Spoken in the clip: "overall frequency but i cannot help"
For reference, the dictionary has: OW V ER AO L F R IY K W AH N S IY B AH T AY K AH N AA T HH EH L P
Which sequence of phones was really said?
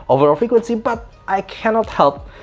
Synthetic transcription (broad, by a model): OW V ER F IY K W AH N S IY B AH T AY K AH N AA T HH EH L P